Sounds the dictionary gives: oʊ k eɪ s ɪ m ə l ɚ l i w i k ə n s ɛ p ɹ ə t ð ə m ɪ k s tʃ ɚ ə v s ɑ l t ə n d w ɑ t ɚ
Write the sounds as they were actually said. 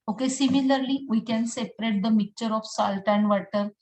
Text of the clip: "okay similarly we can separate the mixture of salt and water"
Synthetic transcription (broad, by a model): oʊ k eɪ s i m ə l ɚ l i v i k ə n s ɛ p ɹ ə t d ə m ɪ k tʃ ɚ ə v s ɑ l t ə n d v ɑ t ɚ